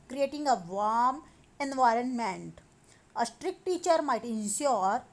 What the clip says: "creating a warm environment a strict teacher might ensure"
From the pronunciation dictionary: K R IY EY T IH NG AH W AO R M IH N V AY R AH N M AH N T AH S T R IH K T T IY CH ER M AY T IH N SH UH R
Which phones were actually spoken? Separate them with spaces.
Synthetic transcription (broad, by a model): K R IY EY T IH NG AH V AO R M IH N V AY R AH N M AH N T AH S T R IH K T T IY CH ER M AY T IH N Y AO R